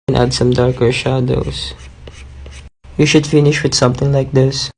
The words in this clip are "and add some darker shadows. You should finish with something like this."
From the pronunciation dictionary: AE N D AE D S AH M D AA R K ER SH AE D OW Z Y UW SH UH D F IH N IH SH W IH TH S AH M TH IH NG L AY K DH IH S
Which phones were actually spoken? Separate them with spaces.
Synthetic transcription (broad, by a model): N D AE D S AH M D AA R K ER SH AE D OW S Y UW SH UH D F IH N IH SH W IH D S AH M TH IH NG L AY K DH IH S